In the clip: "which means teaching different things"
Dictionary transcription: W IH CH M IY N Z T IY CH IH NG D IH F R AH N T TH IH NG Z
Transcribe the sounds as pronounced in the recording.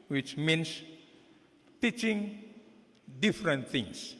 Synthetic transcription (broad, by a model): W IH CH M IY N S T IY CH IH NG D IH F R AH N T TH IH NG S